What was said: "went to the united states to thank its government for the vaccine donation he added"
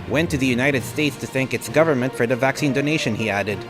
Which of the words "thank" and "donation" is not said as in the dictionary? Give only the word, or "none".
none